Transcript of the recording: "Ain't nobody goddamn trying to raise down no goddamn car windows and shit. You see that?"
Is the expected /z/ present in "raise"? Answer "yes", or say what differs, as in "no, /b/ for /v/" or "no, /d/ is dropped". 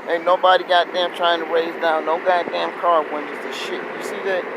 yes